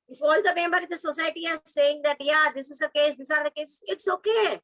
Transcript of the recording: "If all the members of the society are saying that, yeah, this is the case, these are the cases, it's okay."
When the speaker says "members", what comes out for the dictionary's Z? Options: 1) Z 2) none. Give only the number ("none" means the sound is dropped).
2